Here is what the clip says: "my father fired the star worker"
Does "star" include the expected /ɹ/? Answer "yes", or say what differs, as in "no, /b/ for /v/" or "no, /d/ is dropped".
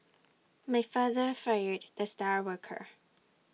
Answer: yes